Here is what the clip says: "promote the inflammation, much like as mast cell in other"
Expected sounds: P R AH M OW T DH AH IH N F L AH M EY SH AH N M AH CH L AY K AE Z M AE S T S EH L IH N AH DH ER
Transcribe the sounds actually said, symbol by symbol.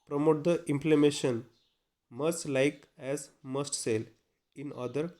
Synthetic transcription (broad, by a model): P R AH M OW T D AH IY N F L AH M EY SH AH N M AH S L AY K AE Z M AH S T S EH L IH N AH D ER